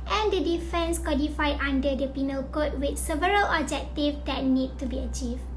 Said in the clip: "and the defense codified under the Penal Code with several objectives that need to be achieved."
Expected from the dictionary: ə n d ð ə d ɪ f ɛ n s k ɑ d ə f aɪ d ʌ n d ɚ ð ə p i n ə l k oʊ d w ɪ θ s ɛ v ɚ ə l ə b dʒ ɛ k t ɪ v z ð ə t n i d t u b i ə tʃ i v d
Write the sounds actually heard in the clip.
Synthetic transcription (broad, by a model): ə n d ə d ɪ f ɛ n s k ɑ d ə f aɪ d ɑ n d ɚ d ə p i n ə l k oʊ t w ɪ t s ɛ v ɚ ə l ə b dʒ ɛ k t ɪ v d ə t n i d t u b i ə tʃ i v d